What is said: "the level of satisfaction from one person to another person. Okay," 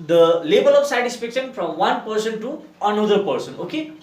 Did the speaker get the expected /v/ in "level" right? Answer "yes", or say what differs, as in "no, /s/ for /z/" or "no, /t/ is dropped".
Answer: no, /b/ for /v/